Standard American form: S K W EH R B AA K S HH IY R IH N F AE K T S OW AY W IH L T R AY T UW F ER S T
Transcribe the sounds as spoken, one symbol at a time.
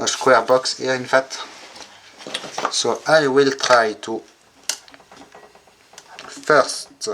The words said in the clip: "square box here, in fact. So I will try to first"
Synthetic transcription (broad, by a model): S K W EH R B AA K S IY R IH N F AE T S OW AY W IH L T R AY T UW F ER S T